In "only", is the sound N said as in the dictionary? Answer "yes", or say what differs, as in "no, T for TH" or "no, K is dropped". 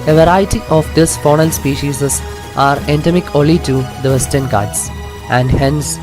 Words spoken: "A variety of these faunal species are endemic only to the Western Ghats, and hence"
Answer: no, N is dropped